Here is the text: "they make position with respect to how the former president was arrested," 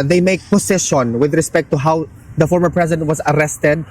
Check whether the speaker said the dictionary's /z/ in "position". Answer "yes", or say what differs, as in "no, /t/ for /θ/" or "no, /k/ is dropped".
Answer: no, /s/ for /z/